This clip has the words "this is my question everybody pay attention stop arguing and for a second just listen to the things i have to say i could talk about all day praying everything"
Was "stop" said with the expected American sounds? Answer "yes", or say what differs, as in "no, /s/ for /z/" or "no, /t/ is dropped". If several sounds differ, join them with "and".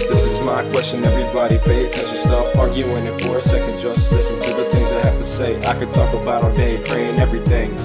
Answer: no, /f/ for /p/